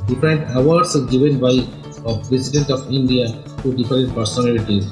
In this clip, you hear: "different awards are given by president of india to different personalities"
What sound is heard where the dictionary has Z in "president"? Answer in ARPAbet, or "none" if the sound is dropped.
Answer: S